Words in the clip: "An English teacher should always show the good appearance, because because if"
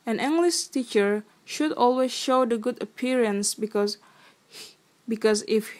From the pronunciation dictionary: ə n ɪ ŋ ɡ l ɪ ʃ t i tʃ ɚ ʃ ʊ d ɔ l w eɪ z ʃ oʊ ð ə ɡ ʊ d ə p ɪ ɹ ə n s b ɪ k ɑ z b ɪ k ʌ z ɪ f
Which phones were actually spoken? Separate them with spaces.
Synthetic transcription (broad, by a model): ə n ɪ ŋ ɡ l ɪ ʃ t i tʃ ɚ ʃ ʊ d ɔ l w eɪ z ʃ oʊ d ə ɡ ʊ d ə p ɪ ɹ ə n s b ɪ k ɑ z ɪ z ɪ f